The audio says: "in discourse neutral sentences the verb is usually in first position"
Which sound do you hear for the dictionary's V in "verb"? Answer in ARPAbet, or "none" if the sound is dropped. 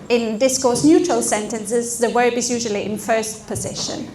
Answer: W